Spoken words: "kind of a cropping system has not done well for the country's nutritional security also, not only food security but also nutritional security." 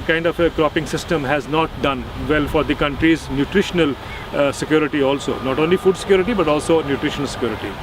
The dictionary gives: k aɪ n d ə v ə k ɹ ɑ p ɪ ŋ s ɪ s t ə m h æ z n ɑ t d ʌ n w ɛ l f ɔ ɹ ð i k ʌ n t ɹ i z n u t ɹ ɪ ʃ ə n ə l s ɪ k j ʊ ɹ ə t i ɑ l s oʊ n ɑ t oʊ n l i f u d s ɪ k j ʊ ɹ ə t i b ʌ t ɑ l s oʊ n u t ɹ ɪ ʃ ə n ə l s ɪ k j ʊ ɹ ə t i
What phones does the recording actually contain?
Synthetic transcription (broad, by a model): k aɪ n d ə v ə k ɹ ɑ p ɪ ŋ s ɪ s t ə m h æ z n ɑ t d ʌ n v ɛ l f ɔ ɹ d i k ʌ n t ɹ i z n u t ɹ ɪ ʃ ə n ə l s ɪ k j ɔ ɹ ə t i ɑ l s oʊ n ɑ t oʊ n l i f u d s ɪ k j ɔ ɹ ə t i b ʌ t ɑ l s oʊ n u t ɹ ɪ ʃ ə n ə l s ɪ k j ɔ ɹ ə t i